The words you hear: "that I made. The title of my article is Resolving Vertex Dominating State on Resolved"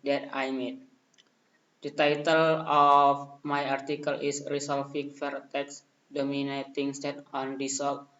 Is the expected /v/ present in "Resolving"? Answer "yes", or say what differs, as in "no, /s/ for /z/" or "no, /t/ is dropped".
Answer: no, /f/ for /v/